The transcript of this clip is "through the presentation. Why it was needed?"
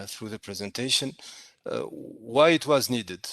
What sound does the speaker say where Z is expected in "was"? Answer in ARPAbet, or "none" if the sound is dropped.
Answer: Z